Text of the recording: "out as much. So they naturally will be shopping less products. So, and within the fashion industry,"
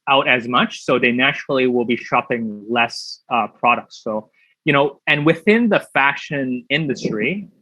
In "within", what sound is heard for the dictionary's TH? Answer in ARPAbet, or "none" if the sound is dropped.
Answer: TH